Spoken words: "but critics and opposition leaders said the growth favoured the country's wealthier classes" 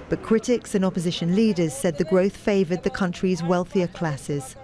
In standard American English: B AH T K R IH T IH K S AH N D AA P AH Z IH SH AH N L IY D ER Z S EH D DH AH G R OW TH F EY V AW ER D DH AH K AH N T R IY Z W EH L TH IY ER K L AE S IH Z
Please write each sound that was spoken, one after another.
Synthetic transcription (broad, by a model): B AH T K R IH T IH K S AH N AA P AH Z IH SH AH N L IY D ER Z S EH D DH AH G R OW TH F EY V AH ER D DH AH K AH N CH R IY Z W EH L TH IY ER K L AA S IH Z